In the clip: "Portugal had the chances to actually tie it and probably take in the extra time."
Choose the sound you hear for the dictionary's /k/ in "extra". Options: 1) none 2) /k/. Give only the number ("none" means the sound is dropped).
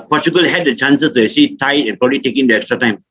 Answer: 2